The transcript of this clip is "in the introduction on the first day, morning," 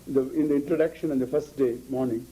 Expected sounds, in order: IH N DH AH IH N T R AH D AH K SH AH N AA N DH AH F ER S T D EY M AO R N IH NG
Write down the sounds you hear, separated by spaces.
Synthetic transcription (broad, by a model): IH N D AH IH N T R AH D AH K SH AH N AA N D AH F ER S T D EY M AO R N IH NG